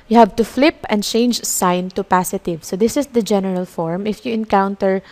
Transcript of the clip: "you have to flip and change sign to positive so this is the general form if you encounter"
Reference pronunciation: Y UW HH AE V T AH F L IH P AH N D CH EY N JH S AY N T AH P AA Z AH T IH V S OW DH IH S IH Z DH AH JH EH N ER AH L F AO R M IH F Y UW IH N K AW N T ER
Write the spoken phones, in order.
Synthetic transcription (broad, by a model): Y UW HH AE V T AH F L IH P AH N D CH EY N JH S AY N T AH P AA S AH T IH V S OW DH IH S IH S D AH JH EH N ER AH L F AO R M IH F Y UW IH N K AW N T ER